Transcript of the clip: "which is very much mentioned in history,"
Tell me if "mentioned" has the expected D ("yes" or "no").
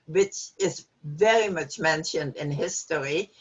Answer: yes